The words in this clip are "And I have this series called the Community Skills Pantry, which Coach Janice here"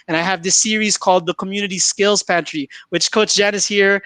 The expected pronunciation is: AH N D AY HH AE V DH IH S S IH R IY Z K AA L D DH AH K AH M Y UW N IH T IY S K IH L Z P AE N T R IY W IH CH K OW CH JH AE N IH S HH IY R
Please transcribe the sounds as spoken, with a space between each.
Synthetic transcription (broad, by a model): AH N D AY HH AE V DH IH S S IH R IY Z K AA L D DH AH K AH M Y UW N IH T IY S K IH L Z P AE N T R IY W IH CH K OW S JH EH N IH S HH IY R